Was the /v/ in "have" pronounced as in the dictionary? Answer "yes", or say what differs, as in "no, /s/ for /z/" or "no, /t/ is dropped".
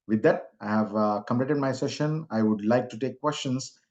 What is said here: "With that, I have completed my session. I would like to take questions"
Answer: yes